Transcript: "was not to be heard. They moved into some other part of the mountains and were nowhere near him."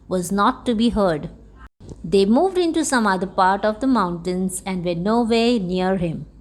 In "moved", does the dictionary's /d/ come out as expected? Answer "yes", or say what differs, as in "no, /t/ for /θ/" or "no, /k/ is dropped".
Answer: yes